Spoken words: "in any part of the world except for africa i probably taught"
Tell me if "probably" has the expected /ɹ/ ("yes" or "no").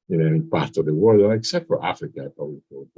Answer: no